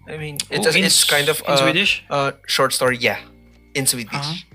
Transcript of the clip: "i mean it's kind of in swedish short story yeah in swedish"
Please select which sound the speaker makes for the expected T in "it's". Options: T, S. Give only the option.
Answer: S